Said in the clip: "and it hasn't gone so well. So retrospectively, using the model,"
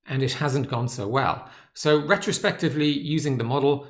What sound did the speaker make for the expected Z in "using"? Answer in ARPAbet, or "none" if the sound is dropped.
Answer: Z